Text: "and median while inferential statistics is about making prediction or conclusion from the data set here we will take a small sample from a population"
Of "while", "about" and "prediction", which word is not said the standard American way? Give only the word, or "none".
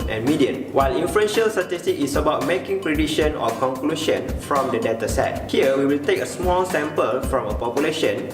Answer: prediction